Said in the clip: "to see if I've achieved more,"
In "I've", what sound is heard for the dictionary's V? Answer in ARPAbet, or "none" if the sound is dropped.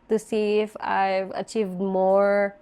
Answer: V